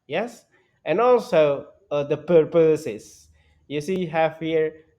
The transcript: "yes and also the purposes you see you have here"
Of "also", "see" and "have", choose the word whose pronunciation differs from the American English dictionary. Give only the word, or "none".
have